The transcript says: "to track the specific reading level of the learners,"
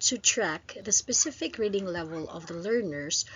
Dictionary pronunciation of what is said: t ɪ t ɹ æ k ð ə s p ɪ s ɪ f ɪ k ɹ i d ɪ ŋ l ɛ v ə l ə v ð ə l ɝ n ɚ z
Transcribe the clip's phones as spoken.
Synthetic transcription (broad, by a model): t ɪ t ɹ æ k ð ə s p ɪ s ɪ f ɪ k ɹ i d ɪ ŋ l ɛ v ə l ə v ð ə l ɝ n ɚ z